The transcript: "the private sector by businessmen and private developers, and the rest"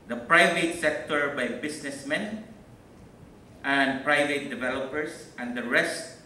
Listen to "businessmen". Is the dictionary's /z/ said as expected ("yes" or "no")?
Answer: no